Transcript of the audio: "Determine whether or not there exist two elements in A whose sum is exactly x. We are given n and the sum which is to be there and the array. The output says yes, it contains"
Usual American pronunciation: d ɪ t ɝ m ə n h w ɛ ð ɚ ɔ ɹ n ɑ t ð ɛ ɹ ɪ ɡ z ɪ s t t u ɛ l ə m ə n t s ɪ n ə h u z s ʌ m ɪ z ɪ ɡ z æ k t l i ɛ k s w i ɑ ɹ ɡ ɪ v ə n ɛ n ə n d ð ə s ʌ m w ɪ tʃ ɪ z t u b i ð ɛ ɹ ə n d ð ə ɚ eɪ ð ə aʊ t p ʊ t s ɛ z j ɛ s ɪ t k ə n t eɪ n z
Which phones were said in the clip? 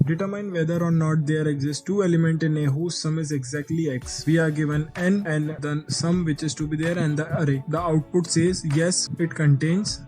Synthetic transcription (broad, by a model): d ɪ t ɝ m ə n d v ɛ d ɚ ɔ ɹ n ɑ t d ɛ ɹ ɪ ɡ z ɪ s t t u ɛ l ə m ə n t ɪ n ə h u z s ʌ m ɪ z ɪ ɡ z æ k t l i ɛ k s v i ɑ ɹ ɡ ɪ v ə n ɛ n ə n d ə s ʌ m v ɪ tʃ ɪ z t u b i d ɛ ɹ ə n d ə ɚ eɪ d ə aʊ t p ʊ t s ɛ z j ɛ s ɪ t k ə n t eɪ n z